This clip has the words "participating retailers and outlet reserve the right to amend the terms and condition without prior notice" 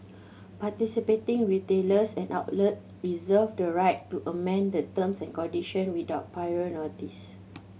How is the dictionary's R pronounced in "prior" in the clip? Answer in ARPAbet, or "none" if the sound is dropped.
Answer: none